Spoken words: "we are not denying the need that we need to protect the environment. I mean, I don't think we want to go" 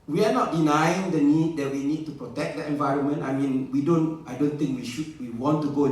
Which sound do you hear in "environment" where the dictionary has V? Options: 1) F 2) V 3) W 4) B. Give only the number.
2